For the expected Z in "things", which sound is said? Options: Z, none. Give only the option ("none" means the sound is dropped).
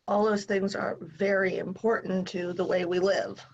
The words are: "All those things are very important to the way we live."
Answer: Z